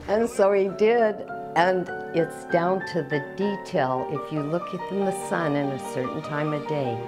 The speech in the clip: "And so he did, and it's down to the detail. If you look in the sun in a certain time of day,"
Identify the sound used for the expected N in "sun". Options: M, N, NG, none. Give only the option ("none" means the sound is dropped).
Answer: N